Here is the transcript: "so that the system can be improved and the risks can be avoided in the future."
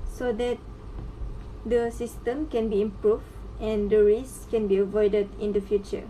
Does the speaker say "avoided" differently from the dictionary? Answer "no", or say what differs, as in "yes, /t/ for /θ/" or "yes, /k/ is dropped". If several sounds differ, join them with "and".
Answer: no